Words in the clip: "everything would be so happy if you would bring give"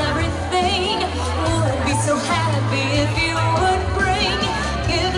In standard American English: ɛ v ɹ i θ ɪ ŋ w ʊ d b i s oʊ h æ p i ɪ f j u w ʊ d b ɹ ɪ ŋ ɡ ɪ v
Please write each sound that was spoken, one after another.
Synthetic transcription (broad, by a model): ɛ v ɹ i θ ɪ ŋ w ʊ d b i s oʊ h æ b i ɪ f j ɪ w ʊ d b ɹ ɪ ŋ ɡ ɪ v